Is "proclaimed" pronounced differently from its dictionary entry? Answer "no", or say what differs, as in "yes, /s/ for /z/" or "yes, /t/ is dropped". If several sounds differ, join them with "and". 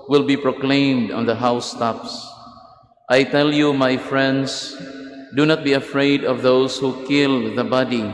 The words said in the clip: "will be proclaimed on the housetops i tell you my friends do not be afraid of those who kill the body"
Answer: no